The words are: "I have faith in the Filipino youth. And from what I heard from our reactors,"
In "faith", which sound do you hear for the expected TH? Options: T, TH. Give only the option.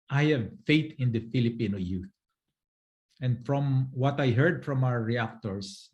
T